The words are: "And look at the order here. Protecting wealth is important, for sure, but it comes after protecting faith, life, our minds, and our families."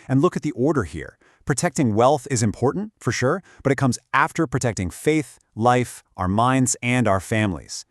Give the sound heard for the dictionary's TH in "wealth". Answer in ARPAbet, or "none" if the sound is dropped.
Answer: TH